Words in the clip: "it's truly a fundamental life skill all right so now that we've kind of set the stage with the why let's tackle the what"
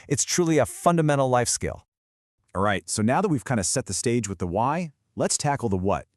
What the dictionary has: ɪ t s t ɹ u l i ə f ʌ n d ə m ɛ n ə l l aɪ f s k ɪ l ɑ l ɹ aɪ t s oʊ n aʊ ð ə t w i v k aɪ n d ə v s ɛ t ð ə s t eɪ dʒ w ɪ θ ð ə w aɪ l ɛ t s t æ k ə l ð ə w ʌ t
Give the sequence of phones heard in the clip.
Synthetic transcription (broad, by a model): ɪ t s t ɹ u l i ə f ʌ n d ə m ɛ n l l aɪ f s k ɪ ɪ l ɹ aɪ t s oʊ n aʊ ð ə t w i v k aɪ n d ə s ɛ t ð ə s t eɪ dʒ w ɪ ð ə w aɪ l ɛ t s t æ k l ð ə w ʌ t